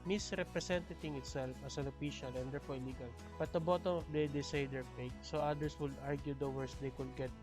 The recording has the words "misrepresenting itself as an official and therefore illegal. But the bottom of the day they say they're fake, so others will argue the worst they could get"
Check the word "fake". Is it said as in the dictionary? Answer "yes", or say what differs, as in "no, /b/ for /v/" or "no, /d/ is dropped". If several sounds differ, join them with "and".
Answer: no, /p/ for /f/